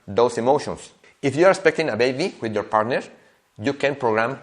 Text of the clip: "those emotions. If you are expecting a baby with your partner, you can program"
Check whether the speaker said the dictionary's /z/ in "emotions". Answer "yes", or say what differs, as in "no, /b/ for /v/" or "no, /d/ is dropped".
no, /s/ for /z/